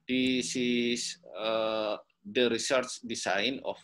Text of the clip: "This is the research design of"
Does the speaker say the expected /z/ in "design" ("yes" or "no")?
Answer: no